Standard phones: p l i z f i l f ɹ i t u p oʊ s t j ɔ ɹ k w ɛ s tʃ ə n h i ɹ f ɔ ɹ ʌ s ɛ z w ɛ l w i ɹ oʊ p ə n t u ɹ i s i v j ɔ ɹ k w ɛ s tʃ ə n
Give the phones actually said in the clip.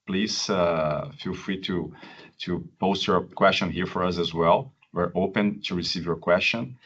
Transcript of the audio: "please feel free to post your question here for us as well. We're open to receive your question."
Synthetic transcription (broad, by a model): p l i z f i l f ɹ i t u p oʊ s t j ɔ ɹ k w ɛ s tʃ ə n h i ɹ f ɔ ɹ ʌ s ɛ z w ɛ l w i ɹ oʊ p ə n t u ɹ i s i v j ɔ ɹ k w ɛ s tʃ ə n